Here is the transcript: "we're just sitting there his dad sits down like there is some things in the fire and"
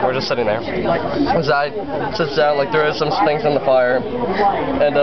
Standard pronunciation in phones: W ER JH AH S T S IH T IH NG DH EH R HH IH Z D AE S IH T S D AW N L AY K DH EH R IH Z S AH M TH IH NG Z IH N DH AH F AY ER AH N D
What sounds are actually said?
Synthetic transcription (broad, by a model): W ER JH AH S T S IH T IH NG DH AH R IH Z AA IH S IH T S D AW N L AY K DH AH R IH Z S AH M T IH NG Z IH N DH AH F AY ER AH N